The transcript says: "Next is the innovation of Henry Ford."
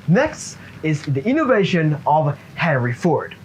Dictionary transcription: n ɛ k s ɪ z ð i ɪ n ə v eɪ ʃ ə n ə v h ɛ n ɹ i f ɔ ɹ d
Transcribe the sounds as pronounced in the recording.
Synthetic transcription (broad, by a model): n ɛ k s ɪ z ð i ɪ n ə v eɪ ʃ ə n ə v h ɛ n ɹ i f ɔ ɹ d